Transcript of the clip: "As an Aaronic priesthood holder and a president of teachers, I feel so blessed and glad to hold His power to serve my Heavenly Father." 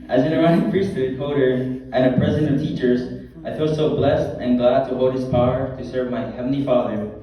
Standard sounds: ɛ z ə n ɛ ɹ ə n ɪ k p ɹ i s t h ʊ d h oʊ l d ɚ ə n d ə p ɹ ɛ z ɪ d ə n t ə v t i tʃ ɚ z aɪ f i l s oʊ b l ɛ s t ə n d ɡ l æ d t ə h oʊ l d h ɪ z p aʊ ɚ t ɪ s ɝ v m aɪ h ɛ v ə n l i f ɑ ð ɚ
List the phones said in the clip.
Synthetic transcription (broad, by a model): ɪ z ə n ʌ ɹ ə ɪ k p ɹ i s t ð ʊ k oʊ d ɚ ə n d ə p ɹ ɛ z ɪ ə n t ə v t i tʃ ɚ z aɪ f i l s oʊ b l ɛ s t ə n ɡ l æ d t ə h oʊ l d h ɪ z p aʊ ɚ t ɪ s ɝ v m aɪ h ɛ v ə n l i f ɑ ð ɚ